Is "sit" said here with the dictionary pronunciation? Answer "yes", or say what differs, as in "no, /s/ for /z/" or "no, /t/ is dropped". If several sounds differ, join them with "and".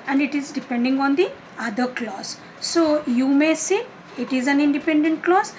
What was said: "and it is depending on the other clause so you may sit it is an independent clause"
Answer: no, /t/ is dropped